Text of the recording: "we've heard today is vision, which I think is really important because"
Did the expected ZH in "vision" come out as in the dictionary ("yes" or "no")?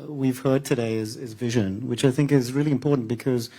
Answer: yes